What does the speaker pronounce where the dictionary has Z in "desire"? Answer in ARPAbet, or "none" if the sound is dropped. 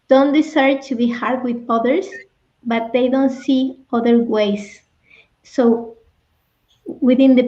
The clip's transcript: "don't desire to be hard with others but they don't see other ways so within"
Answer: S